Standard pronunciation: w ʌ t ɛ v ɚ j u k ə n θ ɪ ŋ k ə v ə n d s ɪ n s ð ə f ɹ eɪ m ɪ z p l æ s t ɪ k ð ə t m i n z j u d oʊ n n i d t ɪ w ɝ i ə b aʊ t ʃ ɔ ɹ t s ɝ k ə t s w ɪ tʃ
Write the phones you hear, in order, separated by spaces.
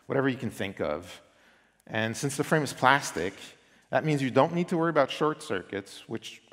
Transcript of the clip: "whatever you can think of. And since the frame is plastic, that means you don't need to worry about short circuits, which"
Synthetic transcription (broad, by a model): w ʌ t ɛ v ɚ j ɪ k n θ ɪ ŋ k ə v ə n s ɪ n s ð ə f ɹ eɪ m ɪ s p l æ s t ɪ k ð ə t m i n z j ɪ d oʊ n n i d t ɪ w ɝ i ə b aʊ t ʃ ɔ ɹ t s ɝ k ə t s w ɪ tʃ